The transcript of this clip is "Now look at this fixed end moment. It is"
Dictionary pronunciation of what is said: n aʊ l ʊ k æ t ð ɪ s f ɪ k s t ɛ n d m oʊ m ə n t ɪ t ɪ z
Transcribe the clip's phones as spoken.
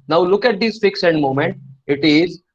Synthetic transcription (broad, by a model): n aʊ l ʊ k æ t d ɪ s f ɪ k s ɛ n d m oʊ m ə n t ɪ t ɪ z